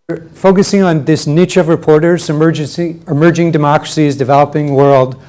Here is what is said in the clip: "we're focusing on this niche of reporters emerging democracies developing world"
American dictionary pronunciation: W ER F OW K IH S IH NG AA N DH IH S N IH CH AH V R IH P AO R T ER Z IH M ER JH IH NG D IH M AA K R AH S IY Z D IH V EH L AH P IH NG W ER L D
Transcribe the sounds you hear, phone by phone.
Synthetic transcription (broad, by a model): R F OW K IH S IH NG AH N DH IH S N IH CH AH V R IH P AO R T ER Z IH M ER JH IH NG D IH M AA K R AH S IY Z D IH V EH L AH P IH NG W ER L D